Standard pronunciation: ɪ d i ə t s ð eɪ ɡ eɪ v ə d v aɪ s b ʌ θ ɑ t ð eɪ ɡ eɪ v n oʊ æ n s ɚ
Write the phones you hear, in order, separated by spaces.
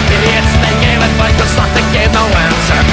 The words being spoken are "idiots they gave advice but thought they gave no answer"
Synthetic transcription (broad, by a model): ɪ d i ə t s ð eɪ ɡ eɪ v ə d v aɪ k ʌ s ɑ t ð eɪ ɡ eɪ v n oʊ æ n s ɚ